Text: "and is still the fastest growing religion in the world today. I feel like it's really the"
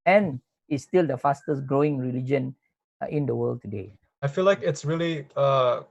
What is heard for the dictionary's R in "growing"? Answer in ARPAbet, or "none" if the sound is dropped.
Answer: R